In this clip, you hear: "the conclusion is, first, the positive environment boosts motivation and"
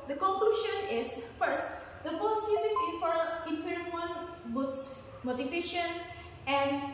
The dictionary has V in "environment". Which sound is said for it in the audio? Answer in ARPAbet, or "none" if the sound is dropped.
F